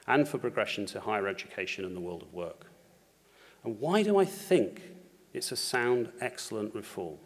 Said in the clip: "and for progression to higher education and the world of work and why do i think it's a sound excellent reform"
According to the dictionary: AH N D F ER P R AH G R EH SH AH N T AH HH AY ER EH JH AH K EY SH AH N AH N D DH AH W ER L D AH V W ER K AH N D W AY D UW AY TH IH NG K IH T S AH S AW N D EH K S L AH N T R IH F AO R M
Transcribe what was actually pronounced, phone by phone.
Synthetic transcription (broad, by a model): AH N F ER P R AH G R EH SH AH N T AH HH AY ER EH JH AH K EY SH AH N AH N DH AH W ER L D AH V W ER K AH N W AY D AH AY TH IH NG K IH T S AH S AW N D EH K S L AH N T R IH F AO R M